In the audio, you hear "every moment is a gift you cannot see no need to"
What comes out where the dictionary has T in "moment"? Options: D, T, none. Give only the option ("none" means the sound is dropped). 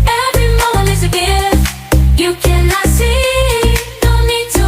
none